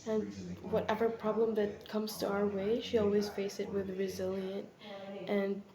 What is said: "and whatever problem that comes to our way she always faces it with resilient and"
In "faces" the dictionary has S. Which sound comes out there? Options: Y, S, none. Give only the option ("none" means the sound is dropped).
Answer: none